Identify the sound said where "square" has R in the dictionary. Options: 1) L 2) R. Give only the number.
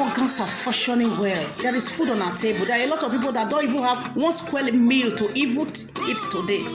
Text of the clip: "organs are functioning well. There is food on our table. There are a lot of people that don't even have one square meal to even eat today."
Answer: 1